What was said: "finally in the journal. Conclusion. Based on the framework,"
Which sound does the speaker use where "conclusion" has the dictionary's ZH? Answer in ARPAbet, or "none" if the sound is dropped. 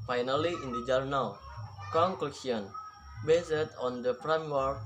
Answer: S